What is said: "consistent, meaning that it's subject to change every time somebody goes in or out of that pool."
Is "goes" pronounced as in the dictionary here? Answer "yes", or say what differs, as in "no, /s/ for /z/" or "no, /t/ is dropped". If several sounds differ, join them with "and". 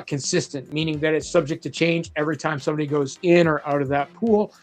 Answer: yes